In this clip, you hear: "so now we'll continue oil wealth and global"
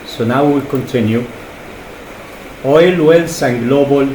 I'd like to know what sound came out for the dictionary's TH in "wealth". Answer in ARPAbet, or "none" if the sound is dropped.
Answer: S